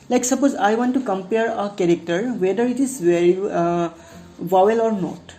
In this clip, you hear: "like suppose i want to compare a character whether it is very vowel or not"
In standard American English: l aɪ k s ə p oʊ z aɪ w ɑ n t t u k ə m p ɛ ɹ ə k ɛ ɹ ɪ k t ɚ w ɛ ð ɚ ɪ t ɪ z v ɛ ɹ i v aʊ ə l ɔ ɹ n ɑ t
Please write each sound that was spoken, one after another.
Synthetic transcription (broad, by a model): l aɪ k s ə p oʊ z aɪ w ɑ n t t u k ə m p ɛ ɹ ə k ɛ ɹ ɪ k t ɚ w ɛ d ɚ ɪ t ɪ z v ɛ ɹ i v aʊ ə l ɔ ɹ n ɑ t